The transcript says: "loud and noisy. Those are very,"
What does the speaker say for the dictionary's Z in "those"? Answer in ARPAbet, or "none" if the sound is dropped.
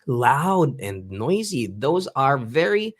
Z